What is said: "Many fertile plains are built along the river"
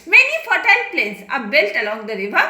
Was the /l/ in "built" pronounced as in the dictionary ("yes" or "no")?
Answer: yes